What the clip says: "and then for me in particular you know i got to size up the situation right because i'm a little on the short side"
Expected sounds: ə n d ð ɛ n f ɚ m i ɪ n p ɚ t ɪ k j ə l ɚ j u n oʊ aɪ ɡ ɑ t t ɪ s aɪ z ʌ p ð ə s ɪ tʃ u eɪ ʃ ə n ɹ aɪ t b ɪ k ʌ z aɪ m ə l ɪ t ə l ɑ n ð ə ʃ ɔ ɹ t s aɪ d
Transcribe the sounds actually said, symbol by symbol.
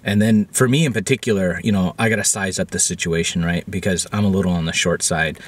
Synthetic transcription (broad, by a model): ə n ð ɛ n f ɚ m i ɪ n p ɚ t ɪ k j l ɚ j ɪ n oʊ aɪ ɡ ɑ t t ɪ s aɪ z ʌ p ð ə s ɪ tʃ u eɪ ʃ n ɹ aɪ t b ɪ k ʌ z aɪ m ə l ɪ t l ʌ n ð ə ʃ ɔ ɹ t s aɪ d